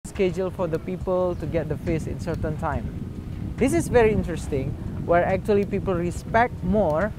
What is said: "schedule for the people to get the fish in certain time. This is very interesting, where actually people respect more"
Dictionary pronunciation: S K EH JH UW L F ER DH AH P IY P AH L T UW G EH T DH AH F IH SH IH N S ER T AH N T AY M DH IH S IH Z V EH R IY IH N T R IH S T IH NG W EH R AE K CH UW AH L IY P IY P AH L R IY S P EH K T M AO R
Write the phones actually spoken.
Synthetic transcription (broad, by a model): S K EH JH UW L F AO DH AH P IY P AH L T UW G EH T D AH F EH S IH N S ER T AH N T AY M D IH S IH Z V EH R IY IH N T R IH S T IH NG W EH R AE K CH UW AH L IY P IY P AH L R IY S P EH K T M AO R